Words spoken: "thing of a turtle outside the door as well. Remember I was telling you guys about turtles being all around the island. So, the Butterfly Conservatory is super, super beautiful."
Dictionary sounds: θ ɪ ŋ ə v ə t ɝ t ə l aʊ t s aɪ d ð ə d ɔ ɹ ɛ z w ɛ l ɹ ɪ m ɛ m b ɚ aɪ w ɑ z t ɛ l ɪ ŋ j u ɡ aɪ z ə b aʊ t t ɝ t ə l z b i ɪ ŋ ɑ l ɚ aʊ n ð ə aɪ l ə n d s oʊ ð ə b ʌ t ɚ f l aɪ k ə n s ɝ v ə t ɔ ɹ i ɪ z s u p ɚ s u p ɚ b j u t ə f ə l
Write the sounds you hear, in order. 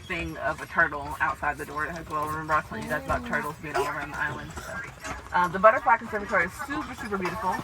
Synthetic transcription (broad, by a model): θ ɪ ŋ ə v ə t ɝ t l aʊ t s aɪ d ð ə d ɔ ɹ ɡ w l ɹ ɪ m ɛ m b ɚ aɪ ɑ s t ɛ ɪ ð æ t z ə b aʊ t t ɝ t l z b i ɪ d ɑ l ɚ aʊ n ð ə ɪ l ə n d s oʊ ð ə b ʌ t ɚ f l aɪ k ə n s ɝ v ə t ɔ ɹ i ɪ z s u p ɚ s u p ɚ b j u t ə f l